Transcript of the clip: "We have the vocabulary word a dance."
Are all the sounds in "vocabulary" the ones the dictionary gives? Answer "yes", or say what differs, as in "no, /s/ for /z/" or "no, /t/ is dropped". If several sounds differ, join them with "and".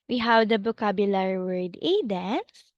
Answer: no, /b/ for /v/